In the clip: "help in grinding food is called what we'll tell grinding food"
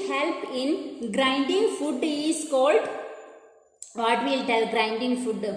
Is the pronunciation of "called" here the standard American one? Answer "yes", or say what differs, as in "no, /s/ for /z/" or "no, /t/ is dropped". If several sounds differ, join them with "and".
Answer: yes